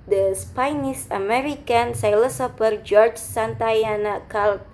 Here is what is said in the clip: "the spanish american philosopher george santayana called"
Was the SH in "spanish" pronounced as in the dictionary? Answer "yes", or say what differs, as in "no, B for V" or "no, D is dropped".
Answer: no, S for SH